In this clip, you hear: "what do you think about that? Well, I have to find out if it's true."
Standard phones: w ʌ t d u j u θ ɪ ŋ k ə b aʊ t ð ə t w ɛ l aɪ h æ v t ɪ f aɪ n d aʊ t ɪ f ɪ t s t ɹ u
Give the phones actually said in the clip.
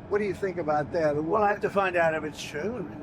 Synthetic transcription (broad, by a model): w ʌ t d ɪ j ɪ θ ɪ ŋ k ə b aʊ t ð ə t w ɛ l aɪ h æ f t ɪ f aɪ n d aʊ t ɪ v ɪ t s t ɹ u